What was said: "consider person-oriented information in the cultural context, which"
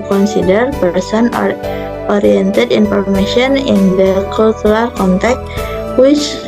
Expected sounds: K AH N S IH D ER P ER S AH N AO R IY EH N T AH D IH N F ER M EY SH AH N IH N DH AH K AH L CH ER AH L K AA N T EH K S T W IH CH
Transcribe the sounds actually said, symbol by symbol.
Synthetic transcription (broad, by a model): K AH N S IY D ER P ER S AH N AO R IY EH N T AH D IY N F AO M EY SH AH N IH N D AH K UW L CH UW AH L K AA N T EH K T W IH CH